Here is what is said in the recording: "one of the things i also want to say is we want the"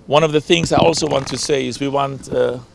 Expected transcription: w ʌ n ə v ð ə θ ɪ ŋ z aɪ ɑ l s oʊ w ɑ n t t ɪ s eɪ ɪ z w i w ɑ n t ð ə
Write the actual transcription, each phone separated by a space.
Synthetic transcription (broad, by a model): w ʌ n ə v ð ə θ ɪ ŋ z aɪ ɑ l s oʊ w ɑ n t t ɪ s eɪ ɪ z w i w ɑ n t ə